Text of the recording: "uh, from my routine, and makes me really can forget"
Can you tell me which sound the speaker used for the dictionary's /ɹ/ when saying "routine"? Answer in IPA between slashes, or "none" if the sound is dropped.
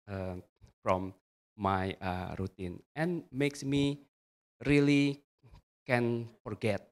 /ɹ/